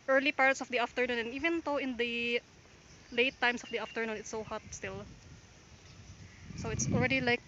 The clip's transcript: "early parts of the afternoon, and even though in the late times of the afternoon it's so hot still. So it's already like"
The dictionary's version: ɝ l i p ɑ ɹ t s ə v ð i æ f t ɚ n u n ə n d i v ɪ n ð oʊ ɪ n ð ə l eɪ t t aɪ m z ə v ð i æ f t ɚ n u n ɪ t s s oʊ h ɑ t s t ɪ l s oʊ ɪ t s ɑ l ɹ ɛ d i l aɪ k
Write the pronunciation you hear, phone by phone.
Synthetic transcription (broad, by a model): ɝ l i p ɑ ɹ t s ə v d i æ f t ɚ n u n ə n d i v ɪ n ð oʊ ɪ n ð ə l eɪ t t aɪ m s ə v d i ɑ f t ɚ n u n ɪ t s s oʊ h ɑ t s t ɪ l s oʊ ɪ t s ɑ l ɹ ɛ d i l aɪ k